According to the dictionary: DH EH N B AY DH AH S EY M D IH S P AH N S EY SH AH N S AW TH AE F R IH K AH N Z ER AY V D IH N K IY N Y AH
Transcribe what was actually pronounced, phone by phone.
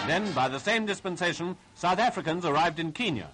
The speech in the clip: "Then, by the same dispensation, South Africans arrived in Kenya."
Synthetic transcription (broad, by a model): DH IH N B AY DH AH S EY M D IH S P AH N S EY SH AH N S AW TH AE F R IH K AH N Z ER AY V D IH N K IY N Y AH